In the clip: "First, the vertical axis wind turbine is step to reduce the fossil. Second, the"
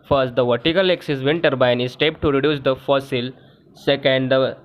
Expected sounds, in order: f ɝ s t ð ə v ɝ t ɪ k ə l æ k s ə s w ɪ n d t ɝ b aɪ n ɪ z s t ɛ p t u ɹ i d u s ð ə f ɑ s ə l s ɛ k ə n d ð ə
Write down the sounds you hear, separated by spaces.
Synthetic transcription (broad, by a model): f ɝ s t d ə v ɝ t ɪ k ə l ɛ k s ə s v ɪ n t ɝ b aɪ n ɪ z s t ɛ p t u ɹ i d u s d ə f ɑ s ə l s ɛ k ə n d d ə